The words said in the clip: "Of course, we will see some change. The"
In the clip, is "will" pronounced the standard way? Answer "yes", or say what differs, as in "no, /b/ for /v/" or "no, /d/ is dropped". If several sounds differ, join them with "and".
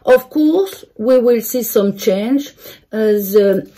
yes